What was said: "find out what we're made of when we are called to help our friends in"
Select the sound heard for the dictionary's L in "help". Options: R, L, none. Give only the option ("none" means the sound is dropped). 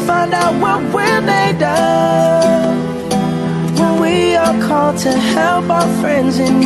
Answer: L